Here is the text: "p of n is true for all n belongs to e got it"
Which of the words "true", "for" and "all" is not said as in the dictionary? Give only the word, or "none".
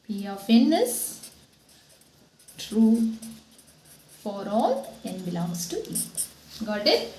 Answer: none